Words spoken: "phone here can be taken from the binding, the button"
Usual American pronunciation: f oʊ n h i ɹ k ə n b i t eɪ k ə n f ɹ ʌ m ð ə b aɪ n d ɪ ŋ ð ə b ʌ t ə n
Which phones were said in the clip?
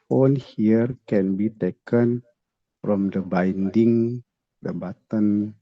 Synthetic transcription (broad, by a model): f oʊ n h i ɹ k ə n b i t eɪ k ə n f ɹ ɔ m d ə b aɪ n d ɪ ŋ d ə b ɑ t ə n